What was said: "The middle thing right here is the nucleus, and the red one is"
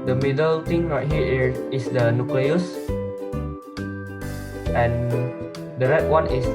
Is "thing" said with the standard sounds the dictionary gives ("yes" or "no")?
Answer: no